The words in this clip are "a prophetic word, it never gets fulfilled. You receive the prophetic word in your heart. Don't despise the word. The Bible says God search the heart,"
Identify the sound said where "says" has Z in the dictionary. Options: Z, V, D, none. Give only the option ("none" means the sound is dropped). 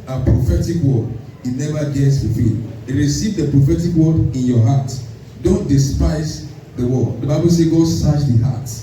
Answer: none